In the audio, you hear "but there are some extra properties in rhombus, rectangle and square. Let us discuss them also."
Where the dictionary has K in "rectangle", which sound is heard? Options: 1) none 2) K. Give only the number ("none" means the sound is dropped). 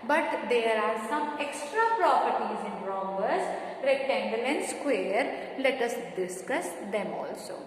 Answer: 1